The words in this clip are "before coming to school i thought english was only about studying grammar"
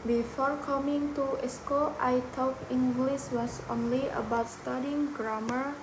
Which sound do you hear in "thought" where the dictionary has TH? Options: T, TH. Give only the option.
T